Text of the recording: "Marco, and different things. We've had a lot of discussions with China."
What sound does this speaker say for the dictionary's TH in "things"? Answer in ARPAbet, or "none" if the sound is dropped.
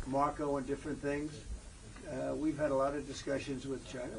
TH